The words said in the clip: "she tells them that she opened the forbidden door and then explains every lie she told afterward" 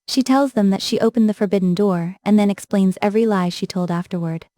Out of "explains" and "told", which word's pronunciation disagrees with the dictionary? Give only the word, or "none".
none